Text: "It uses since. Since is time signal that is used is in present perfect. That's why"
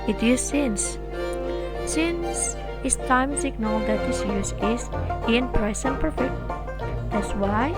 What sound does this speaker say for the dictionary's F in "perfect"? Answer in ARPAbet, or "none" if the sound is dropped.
F